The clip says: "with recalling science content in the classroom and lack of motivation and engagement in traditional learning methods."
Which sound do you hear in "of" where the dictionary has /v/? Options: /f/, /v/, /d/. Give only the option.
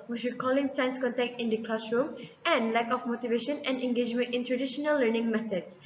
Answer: /f/